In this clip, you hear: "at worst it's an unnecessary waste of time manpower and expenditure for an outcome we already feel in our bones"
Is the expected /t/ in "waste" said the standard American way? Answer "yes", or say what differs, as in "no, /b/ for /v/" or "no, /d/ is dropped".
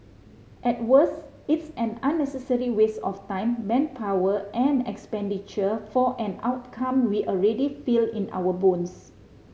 no, /t/ is dropped